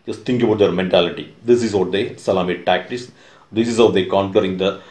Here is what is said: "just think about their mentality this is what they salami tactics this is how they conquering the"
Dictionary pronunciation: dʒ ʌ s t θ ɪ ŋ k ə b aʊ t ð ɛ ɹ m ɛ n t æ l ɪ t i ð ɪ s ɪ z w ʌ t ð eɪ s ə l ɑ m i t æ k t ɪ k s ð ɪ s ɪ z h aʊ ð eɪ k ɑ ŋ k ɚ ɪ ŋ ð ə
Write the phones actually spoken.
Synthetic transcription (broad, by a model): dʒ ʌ s t t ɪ ŋ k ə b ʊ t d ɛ ɹ m ɛ n t æ l ɪ t i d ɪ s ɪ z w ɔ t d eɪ s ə l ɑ m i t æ k t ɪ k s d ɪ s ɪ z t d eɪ k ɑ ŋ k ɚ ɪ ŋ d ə